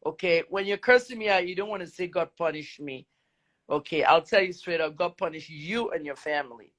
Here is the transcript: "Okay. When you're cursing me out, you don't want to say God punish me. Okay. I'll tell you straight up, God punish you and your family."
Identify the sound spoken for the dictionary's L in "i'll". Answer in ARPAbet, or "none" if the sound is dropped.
L